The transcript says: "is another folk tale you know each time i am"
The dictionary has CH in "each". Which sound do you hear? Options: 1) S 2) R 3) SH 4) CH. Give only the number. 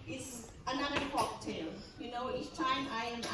1